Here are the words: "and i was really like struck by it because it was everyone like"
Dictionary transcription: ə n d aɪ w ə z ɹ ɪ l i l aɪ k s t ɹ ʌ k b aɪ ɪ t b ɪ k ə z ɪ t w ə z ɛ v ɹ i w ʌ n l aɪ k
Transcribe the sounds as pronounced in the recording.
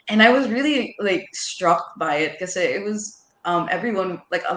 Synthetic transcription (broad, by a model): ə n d aɪ w ə z ɹ ɪ l i l aɪ k s t ɹ ʌ k b aɪ ɪ t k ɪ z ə ɪ t w ə z ɛ v ɹ i w ʌ n l aɪ k